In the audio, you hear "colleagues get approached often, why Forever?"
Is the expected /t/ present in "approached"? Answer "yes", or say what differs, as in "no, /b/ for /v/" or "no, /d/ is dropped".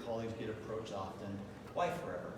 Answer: no, /t/ is dropped